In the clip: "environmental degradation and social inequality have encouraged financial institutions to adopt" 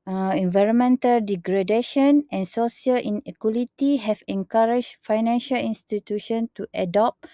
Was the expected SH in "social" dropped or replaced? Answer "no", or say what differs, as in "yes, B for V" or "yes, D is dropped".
yes, S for SH